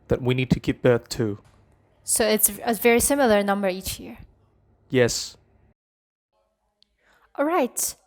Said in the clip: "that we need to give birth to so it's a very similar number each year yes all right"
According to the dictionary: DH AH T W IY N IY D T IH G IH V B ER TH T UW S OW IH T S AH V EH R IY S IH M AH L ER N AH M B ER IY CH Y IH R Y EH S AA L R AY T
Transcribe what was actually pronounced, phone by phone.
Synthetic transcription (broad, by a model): DH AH T W IY N IY D T IH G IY P B ER TH T UW S OW IH T S AH V EH R IY S IH M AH L ER N AH M B ER IY CH Y IH R Y EH S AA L R AY T